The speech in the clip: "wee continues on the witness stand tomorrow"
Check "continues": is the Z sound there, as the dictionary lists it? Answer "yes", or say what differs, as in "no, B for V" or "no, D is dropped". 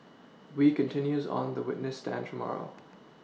yes